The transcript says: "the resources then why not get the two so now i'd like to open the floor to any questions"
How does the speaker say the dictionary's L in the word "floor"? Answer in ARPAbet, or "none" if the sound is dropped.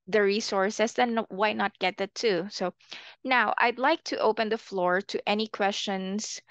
L